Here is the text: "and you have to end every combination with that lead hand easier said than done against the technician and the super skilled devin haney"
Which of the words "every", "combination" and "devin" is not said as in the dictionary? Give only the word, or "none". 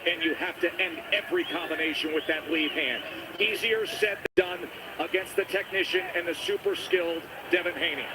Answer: none